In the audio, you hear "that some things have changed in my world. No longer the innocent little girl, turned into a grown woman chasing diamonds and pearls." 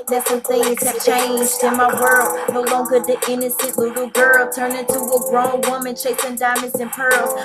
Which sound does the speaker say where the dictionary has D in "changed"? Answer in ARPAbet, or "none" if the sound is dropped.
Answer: D